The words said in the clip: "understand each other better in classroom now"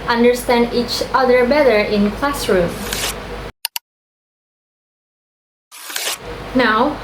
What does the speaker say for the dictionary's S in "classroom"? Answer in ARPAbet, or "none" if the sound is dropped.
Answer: S